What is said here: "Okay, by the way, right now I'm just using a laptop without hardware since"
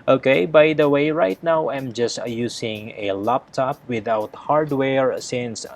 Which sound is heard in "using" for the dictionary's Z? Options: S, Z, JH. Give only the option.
S